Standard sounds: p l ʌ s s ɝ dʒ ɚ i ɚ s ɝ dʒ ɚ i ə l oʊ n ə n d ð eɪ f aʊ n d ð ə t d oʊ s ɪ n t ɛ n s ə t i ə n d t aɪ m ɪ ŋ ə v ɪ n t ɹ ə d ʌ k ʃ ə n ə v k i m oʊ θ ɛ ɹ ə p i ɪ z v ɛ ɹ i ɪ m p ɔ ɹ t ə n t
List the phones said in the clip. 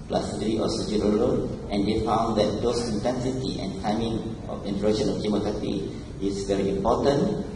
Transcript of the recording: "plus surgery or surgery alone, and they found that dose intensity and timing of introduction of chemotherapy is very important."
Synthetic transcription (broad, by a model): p l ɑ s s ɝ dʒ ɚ i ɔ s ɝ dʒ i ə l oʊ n ə n d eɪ f aʊ n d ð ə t d oʊ s ɪ n t ɛ n s ə t i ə n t aɪ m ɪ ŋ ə f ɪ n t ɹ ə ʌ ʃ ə n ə f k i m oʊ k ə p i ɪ s v ɛ ɹ i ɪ m p ɔ t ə n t